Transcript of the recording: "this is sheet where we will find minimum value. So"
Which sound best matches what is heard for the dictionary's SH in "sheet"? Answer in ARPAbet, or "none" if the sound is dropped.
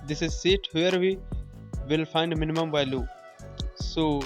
S